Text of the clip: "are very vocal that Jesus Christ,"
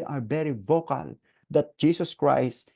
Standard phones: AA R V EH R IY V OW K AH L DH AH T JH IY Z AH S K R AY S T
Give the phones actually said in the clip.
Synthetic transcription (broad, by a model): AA R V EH R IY V OW K AH L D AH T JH IY S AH S K R AY S T